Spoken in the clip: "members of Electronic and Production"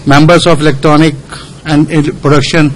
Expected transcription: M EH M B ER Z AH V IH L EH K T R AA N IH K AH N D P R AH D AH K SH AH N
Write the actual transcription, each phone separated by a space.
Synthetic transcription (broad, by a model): M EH M B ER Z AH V IH L EH K T R AA N IH K AH N D P R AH D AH K SH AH N